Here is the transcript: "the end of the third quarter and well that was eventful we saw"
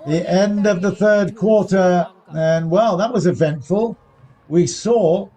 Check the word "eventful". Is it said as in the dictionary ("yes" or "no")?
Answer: yes